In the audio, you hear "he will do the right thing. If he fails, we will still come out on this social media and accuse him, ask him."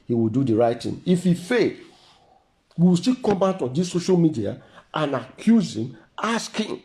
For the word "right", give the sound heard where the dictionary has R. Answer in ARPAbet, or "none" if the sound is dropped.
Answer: R